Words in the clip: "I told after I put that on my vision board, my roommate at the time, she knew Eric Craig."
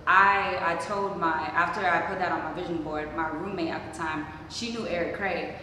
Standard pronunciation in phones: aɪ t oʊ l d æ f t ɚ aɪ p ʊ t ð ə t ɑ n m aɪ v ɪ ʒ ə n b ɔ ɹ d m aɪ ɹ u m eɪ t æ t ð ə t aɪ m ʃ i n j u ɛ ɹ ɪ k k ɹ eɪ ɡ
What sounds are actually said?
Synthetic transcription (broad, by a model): aɪ t oʊ l d æ f t ɚ aɪ p ʊ t ð ə t n m aɪ v ɪ ʒ ə n b ɔ ɹ d m aɪ ɹ u m eɪ t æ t ð ə t aɪ m ʃ i n j u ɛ ɹ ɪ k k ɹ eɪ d